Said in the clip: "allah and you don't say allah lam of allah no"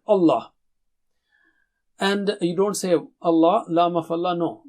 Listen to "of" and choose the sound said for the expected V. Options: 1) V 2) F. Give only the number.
2